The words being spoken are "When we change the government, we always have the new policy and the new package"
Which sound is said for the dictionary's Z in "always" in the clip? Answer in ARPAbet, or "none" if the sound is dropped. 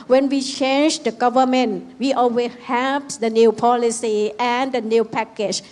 none